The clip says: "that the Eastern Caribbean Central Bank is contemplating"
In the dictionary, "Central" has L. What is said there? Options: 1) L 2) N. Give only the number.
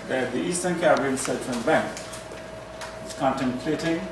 2